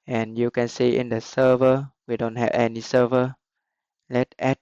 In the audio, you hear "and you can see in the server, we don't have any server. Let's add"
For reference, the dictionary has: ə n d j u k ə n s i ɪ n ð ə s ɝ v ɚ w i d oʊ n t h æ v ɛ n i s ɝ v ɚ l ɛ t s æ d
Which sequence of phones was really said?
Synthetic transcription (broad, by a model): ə n j u k ə n s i ɪ n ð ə s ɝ v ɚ w i d oʊ n t h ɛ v ɛ n i s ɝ v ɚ l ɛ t ɛ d